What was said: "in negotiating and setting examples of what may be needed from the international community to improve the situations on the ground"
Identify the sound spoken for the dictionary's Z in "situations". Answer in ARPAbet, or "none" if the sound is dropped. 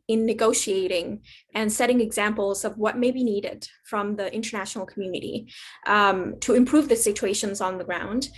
Z